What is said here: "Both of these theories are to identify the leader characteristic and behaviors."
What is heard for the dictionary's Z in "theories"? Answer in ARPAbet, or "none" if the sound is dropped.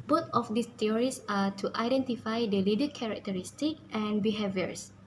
S